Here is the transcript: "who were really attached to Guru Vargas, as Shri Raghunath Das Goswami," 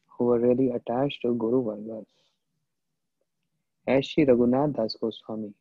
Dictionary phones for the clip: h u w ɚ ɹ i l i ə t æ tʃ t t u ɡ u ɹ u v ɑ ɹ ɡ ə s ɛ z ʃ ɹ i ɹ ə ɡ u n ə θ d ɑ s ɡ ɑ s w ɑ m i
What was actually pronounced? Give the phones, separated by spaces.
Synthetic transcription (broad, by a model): h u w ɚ ɹ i l i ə t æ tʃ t t u ɡ u ɹ u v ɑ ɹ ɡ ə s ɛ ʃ i ɹ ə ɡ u n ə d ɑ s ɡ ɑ s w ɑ m i